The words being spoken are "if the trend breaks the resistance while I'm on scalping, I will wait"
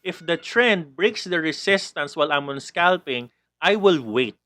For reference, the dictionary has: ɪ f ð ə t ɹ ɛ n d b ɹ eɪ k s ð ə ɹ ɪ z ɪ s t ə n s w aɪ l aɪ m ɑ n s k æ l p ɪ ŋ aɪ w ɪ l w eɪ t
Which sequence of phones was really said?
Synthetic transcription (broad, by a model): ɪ f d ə t ɹ ɛ n d b ɹ eɪ k s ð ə ɹ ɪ s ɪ s t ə n s w aɪ l aɪ m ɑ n s k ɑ l p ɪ ŋ aɪ w ɪ l w eɪ t